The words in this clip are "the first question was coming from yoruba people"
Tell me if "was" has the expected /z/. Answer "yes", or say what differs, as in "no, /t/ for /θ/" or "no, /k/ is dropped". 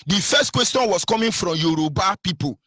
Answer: no, /s/ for /z/